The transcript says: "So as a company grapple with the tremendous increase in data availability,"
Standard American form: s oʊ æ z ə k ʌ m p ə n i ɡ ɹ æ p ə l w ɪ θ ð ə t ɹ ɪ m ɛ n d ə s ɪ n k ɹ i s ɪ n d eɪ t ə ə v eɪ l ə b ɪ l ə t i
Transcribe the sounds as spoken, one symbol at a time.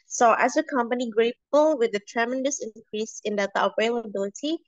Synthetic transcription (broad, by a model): s oʊ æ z ə k ʌ m p ə n i ɡ ɹ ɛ ə l w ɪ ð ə t ɹ ɪ m ɛ n d ə s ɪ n k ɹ i s ɪ n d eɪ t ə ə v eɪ l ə b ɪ l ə t i